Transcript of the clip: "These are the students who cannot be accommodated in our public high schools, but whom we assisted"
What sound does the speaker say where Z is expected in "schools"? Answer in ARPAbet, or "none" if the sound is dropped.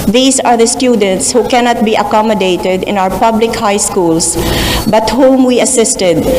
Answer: S